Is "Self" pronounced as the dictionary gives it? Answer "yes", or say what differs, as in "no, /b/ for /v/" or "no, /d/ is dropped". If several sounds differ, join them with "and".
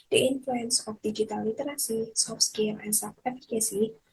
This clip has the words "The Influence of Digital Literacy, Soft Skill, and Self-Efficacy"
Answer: no, /l/ is dropped